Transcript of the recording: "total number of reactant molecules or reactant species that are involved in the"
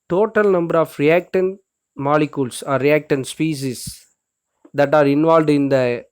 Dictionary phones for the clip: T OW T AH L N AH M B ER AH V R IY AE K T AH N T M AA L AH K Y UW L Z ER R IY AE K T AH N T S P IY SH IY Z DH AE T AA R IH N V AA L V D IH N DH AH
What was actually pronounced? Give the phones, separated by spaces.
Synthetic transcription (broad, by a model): T OW T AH L N AH M B ER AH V R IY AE K T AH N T M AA L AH K Y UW L S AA R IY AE K T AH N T S P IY S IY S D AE T AA R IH N V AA L D IH N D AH